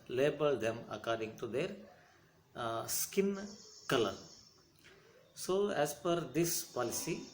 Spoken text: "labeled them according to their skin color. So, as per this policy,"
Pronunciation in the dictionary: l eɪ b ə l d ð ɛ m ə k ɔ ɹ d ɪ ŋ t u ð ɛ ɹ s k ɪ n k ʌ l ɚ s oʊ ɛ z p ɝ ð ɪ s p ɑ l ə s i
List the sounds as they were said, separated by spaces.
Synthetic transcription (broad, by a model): l eɪ b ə l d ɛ m ə k ɔ ɹ d ɪ ŋ t u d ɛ ɹ s k ɪ n k ʌ l ɚ s oʊ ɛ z f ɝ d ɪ s p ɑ l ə s i